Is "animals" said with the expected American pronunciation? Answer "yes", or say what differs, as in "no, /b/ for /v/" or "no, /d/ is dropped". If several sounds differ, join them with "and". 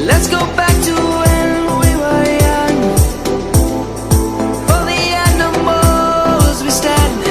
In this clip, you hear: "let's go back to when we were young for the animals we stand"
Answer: no, /l/ is dropped